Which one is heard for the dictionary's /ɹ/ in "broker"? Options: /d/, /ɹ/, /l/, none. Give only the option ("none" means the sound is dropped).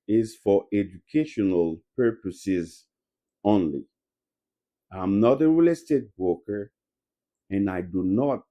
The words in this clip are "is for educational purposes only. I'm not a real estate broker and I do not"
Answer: none